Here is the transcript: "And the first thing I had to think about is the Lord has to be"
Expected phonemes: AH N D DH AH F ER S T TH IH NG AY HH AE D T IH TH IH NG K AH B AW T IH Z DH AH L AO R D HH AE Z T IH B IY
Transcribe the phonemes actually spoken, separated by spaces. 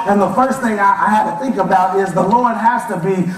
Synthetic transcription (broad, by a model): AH N DH AH F ER S T TH IH NG AY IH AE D T IH TH IH NG K AH B AW T IH Z DH AH L AO R D HH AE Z T IH B IY